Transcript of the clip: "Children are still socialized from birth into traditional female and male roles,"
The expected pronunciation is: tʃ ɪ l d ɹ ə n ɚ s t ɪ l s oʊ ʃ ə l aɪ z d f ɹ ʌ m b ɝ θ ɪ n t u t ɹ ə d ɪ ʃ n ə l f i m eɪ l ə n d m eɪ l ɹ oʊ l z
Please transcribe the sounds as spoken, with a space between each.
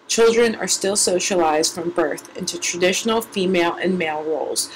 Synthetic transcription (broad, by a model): tʃ ɪ l d ɹ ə n ɚ s t ɪ l s oʊ ʃ ə l aɪ z d f ɹ ʌ m b ɝ θ ɪ n t u t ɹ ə d ɪ ʃ n l f i m eɪ l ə n m eɪ l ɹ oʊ l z